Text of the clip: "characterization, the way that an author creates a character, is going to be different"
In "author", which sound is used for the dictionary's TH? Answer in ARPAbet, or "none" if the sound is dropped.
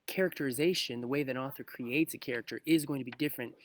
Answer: TH